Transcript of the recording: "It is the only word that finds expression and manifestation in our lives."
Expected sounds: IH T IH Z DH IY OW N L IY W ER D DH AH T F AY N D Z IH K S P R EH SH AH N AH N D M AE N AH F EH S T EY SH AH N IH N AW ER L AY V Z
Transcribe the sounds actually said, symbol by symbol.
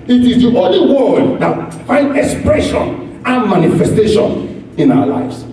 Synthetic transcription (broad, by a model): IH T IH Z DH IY OW N L IY W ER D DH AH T F AY N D IH K S P R EH SH AH N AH N M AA N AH F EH S T EY SH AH N IH N AW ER L AY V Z